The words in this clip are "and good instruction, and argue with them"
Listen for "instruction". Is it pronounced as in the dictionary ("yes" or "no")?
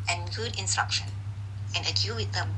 yes